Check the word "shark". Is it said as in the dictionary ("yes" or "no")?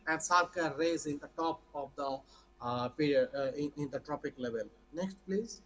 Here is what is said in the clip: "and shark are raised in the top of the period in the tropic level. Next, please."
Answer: no